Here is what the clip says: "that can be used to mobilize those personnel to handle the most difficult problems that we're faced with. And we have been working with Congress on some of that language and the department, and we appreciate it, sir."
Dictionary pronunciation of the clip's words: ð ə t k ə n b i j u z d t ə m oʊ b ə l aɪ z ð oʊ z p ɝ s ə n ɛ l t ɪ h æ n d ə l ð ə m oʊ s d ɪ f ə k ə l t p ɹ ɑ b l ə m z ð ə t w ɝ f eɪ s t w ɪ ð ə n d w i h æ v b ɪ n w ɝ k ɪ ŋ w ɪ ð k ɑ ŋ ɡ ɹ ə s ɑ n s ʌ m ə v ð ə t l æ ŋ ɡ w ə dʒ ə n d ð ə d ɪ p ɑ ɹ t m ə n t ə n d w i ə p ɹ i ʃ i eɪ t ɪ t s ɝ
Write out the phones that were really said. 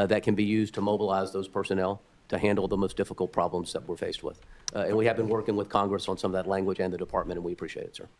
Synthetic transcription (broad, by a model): ð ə t k ə n b i j u z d t ə m oʊ b ə l aɪ z ð oʊ z p ɝ s ə n ɛ l t ɪ h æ n d l ð ə m oʊ s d ɪ f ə k l t p ɹ ɑ b l ə m z ð ə t w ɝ f eɪ s t w ɪ ð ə n w i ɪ v b ɪ n w ɝ k ɪ ŋ w ɪ ð k ɑ ŋ ɡ ɹ ə s n s ʌ m ə v ð ə t l æ ŋ ɡ w ə dʒ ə n ð ə d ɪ p ɑ ɹ t m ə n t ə n w i ə p ɹ i ʃ i eɪ t ɪ t s ɝ